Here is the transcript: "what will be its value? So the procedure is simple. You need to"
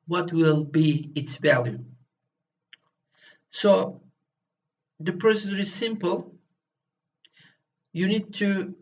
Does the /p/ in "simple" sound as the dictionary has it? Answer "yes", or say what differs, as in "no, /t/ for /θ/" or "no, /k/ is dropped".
yes